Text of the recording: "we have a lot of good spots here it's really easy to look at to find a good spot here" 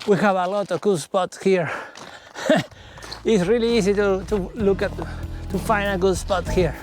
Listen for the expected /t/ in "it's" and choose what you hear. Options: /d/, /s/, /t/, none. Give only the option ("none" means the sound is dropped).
/t/